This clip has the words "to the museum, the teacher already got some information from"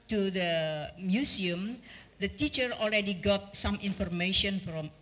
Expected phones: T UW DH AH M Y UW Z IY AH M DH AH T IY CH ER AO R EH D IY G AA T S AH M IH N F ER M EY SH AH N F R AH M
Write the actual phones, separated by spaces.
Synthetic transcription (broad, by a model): T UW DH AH M Y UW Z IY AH M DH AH T IY CH ER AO L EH D IY G AA T S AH M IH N F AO M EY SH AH N F R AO M